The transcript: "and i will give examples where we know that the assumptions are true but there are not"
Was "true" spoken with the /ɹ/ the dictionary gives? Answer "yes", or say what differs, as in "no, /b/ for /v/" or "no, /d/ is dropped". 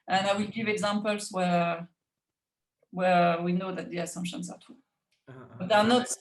no, /ɹ/ is dropped